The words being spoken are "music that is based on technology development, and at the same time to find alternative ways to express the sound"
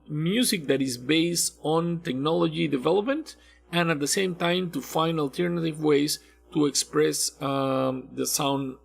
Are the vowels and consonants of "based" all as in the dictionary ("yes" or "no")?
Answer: yes